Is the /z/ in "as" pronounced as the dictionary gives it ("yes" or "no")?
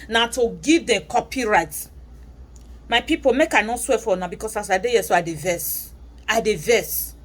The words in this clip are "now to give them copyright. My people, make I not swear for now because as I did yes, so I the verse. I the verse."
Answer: no